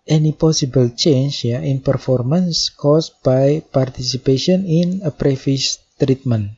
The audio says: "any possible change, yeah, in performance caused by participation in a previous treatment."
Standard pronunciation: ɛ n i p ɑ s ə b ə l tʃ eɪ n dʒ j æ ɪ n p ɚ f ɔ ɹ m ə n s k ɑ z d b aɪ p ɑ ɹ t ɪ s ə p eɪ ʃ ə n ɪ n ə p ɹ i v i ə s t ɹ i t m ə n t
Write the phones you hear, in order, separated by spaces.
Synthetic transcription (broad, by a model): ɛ n i p ɑ s ə b ə l tʃ eɪ n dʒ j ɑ ɪ n p ɚ f ɔ ɹ m ə n s k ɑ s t b aɪ p ɑ ɹ t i s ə p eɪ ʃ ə n ɪ n ə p ɹ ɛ f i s t ɹ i t m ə n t